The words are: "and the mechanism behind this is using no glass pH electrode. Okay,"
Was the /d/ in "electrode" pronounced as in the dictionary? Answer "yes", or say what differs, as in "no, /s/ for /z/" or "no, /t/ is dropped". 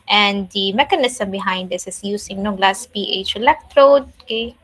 yes